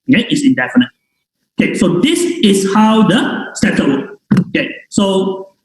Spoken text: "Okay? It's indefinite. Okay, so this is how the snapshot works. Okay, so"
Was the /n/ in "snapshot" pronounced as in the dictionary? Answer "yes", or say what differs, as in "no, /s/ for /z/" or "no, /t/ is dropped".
no, /n/ is dropped